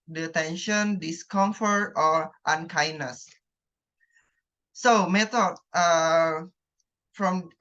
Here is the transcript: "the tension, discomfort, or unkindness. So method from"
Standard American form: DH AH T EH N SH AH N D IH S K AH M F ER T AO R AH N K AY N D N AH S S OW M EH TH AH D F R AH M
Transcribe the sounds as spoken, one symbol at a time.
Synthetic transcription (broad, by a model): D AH T EH N SH AH N D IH S K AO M F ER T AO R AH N K AY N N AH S S OW M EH T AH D F R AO M